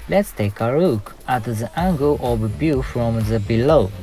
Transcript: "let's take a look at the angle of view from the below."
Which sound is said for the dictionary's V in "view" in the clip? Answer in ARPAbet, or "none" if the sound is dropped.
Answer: B